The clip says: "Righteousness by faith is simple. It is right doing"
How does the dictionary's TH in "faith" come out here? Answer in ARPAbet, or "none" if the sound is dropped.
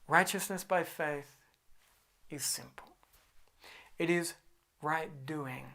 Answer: TH